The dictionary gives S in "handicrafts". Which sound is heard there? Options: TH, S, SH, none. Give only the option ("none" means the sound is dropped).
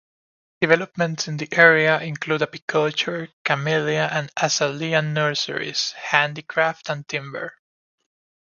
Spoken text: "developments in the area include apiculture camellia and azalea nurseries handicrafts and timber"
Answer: none